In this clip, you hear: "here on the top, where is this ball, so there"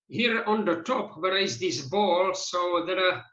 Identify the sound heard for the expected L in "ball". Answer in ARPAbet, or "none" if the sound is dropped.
L